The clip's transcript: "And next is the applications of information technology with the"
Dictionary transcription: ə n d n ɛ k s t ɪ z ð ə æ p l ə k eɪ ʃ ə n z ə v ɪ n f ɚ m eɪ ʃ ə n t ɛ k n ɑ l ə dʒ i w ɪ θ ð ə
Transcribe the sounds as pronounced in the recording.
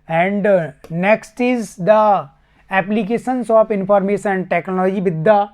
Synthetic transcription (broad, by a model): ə n d n ɛ k s t ɪ z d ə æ p l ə k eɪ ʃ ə n s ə p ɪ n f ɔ m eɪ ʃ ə n t ɛ k n ɑ l ə dʒ i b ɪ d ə